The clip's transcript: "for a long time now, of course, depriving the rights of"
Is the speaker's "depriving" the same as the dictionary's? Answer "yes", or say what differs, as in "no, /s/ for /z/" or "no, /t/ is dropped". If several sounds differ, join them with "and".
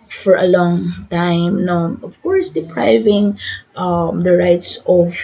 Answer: yes